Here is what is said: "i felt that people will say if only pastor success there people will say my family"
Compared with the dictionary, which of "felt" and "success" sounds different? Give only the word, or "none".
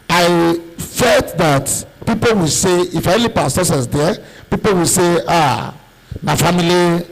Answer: success